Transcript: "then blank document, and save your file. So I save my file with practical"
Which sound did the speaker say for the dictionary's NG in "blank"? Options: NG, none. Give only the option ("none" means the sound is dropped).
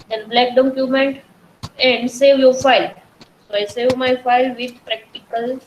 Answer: none